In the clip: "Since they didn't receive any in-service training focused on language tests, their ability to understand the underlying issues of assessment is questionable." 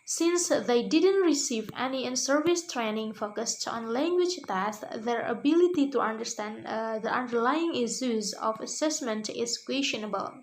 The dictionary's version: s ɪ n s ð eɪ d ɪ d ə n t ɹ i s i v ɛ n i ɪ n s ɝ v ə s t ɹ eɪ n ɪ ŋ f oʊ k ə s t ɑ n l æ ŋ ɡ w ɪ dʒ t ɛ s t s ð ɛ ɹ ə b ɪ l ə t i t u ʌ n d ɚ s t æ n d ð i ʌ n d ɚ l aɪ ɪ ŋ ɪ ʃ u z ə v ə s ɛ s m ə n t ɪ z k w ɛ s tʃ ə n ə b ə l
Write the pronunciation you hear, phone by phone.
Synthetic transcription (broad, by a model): s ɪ n s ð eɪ d ɪ d ə n t ɹ i s i v ɛ n i ɪ n s ɝ v ə s t ɹ eɪ n ɪ ŋ f oʊ k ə s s ɑ n l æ ŋ ɡ w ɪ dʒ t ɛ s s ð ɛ ɹ ə b ɪ l ə t i t u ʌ n d ɚ s t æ n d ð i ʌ n d ɚ l aɪ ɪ ŋ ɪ s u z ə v ə s ɛ s m ə n t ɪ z k w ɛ s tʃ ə n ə b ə l